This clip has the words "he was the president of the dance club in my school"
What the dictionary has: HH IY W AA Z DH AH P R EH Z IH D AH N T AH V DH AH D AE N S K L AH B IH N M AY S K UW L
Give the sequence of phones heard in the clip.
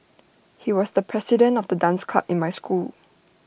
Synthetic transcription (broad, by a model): HH IY W AA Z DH AH P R EH S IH D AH N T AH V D AH D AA N S K AA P IH N M AY S K UW L